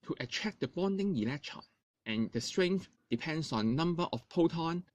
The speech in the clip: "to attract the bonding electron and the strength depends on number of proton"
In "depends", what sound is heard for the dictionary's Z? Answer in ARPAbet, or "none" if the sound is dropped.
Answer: S